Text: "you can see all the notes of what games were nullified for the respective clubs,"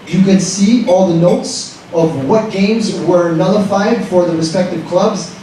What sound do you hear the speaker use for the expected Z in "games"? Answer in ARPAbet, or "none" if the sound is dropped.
Z